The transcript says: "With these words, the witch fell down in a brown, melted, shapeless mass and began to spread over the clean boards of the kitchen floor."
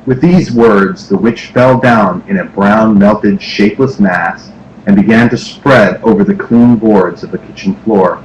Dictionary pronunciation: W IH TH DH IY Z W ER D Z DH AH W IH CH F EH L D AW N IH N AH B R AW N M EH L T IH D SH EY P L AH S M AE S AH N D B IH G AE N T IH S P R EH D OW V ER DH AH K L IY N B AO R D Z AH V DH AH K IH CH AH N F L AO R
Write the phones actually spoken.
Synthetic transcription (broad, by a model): W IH DH IY Z W ER D Z DH AH W IH CH F EH L D AW N IH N AH B R AW N M EH L T IH D SH EY P L AH S M AE S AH N B IH G AE N T IH S P R EH D OW V ER DH AH K L IY N B AO R D Z AH V DH AH K IH CH N F L AO R